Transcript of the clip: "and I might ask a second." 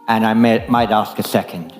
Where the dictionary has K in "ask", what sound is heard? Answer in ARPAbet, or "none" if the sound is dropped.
K